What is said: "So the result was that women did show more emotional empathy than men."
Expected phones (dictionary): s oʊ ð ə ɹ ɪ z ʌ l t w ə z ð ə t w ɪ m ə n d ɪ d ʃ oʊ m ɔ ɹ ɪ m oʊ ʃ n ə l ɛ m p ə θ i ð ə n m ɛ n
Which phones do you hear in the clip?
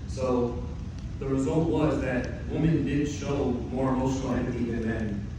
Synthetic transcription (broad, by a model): s oʊ ð ə ɹ ɪ z ʌ l t w ə z ð ə t w ɪ m ə n d ɪ d ʃ oʊ m ɔ ɹ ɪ m oʊ ʃ n l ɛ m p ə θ i ð ə n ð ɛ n